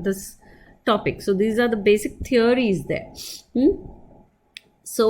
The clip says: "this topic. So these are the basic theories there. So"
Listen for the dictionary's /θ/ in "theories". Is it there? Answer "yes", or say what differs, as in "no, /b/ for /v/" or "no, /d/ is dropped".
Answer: no, /t/ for /θ/